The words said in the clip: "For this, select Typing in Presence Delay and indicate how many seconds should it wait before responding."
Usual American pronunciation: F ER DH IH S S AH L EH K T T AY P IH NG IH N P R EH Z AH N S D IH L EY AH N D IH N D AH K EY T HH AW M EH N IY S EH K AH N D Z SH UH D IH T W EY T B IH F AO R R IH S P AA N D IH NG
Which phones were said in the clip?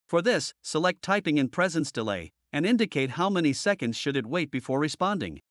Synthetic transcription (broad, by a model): F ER DH IH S S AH L EH K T T AY P IH NG IH N P R EH Z AH N S D IH L EY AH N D IH N D AH K EY T HH AW M EH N IY S EH K AH N D Z SH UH D IH T W EY T B IH F AO R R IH S P AA N D IH NG